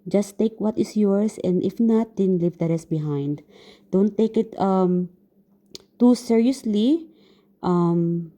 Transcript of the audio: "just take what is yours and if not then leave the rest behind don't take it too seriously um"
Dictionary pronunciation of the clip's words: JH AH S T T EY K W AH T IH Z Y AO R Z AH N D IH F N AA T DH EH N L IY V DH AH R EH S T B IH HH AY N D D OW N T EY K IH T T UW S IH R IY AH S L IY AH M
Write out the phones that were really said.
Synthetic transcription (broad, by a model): JH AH S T T EY K W AH T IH S Y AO R S AH N D IH F N AA T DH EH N L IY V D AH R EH S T B IH HH AY N D D OW N T EY K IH T T UW S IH R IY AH S L IY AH M